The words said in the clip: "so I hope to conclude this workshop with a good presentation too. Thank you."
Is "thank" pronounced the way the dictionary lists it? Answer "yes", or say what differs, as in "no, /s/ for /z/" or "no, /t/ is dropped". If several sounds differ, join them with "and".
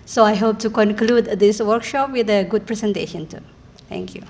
no, /t/ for /θ/